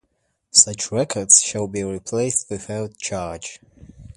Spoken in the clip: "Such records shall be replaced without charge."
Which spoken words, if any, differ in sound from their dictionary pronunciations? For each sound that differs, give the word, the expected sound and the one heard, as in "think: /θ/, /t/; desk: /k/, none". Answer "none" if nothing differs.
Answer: none